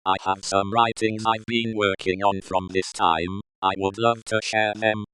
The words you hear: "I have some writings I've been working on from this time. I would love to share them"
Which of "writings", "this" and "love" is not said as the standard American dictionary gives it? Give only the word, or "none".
none